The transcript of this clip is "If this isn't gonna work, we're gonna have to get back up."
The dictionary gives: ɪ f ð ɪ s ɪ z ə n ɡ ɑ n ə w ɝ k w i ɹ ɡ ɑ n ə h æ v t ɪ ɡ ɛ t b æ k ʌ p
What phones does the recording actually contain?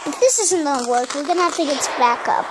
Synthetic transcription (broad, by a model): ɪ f ð ɪ s ɪ z ə n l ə w ɝ k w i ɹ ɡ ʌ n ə h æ f t ɪ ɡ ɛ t b æ k ʌ p